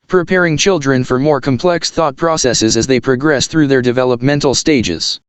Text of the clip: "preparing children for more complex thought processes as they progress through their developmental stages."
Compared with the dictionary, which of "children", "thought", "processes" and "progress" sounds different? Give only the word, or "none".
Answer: none